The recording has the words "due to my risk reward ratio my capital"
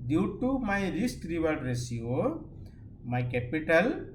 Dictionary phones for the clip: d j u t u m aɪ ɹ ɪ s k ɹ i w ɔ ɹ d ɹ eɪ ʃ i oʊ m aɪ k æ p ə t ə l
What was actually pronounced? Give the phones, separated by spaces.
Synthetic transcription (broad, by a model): d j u t u m aɪ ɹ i s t ɹ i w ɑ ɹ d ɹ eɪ s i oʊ m aɪ k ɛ p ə t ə l